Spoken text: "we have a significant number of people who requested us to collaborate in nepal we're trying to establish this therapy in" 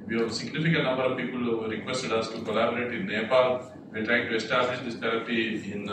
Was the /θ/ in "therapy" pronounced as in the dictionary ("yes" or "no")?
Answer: no